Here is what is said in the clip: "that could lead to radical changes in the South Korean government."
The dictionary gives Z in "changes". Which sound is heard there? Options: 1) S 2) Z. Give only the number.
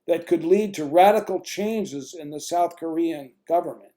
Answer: 2